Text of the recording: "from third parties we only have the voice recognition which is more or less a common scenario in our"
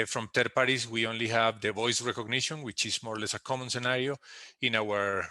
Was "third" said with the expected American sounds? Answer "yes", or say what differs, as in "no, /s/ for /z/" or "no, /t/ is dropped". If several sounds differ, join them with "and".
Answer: no, /t/ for /θ/